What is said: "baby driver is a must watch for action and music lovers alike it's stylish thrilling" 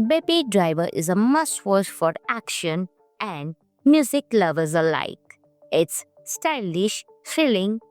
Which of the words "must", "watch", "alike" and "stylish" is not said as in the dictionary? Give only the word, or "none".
watch